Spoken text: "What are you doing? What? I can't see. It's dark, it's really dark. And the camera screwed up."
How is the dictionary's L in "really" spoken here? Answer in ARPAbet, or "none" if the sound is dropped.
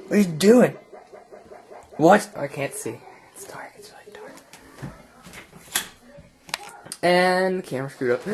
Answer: none